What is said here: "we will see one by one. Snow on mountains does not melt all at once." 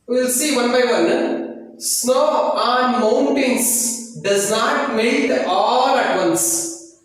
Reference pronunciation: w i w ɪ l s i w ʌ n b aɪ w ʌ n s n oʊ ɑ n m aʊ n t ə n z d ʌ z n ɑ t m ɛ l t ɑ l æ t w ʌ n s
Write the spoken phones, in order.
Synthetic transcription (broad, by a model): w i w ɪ l s i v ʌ n b aɪ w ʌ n s n oʊ ɑ n m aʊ n t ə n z d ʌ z n ɑ t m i t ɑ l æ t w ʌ n s